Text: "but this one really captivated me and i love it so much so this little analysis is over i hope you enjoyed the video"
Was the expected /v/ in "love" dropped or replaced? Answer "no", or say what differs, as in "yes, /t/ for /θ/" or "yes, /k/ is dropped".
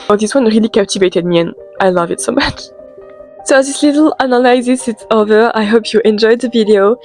no